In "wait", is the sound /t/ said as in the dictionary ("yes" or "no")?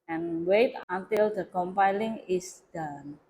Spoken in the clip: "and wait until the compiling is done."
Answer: yes